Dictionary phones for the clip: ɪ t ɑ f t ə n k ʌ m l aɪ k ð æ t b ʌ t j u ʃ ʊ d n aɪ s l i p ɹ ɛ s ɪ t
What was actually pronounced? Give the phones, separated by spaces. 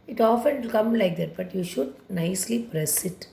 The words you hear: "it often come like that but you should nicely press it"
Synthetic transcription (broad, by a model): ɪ t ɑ f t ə l k ʌ m l aɪ k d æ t b ʌ t j u ʃ ʊ d n aɪ s l i p ɹ ɛ s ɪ t